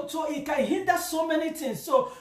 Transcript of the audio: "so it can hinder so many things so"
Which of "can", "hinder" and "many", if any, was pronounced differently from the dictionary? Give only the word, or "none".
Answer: hinder